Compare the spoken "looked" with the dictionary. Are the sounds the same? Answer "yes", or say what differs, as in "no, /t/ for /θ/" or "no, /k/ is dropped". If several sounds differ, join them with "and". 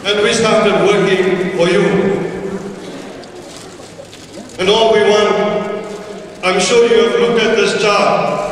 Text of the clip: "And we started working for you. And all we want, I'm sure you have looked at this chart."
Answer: no, /t/ is dropped